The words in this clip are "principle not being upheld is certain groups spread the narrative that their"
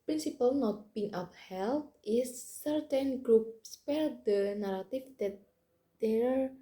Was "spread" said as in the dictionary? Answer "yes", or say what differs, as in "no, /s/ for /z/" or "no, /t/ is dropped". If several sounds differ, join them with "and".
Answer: no, /ɹ/ is dropped